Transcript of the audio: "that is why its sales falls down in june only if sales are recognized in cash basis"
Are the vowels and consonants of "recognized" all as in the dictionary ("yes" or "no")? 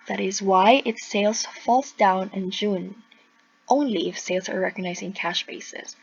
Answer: no